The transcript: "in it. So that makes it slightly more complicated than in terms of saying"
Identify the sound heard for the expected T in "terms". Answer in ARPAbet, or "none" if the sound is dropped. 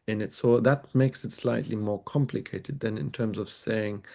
T